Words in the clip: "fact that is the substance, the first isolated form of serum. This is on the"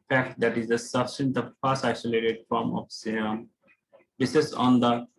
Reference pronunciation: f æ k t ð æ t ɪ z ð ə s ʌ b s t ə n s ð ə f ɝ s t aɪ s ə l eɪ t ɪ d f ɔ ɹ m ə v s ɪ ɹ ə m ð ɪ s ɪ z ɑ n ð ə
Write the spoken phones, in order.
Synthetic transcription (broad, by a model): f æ k t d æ t ɪ z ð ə s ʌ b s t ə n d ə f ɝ s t aɪ s ə l eɪ t ɪ d f ɔ ɹ m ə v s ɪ ə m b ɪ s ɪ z ɑ n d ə